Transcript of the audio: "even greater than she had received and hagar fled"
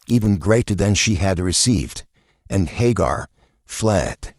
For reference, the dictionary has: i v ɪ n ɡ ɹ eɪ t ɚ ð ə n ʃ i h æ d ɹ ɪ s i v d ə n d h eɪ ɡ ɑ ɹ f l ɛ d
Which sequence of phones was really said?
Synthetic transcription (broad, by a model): i v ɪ n ɡ ɹ eɪ t ɚ ð ə n ʃ i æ d ɹ ɪ s i v d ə n h eɪ ɡ ɑ ɹ f l ɛ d